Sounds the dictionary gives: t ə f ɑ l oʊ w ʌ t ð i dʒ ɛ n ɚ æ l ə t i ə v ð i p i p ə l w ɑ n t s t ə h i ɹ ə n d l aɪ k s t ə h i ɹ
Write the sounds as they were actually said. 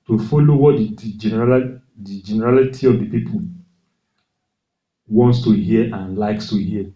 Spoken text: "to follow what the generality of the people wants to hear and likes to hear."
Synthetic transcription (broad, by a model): t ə f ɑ l oʊ w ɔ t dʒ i dʒ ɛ n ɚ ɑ l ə t i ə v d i p i p ə l w ɑ n t s t ə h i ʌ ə n l aɪ k s t ə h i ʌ